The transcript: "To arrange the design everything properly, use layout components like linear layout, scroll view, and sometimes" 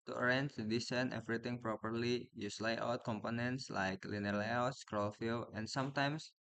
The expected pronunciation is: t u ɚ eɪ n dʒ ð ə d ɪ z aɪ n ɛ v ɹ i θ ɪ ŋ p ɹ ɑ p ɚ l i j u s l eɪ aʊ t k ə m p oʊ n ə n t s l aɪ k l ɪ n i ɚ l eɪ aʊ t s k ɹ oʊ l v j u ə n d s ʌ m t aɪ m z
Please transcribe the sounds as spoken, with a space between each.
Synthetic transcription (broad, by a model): t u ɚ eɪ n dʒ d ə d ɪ s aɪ n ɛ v ɹ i t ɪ ŋ p ɹ ɑ p ɚ l i j u s l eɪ aʊ t k ə m p oʊ n ə n t s l aɪ k l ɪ n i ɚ l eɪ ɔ s k ɹ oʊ l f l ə n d s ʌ m t aɪ m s